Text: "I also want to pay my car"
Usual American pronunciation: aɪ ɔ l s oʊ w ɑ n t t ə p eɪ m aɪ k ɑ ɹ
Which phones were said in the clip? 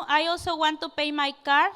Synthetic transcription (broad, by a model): aɪ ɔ s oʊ w ɑ n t t ə p eɪ m aɪ k ɑ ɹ